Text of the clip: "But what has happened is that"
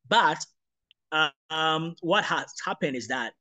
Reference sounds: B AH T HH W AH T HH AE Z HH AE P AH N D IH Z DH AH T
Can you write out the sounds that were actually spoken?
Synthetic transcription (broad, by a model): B AH T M W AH T HH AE S HH AE P AH N D IH Z DH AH T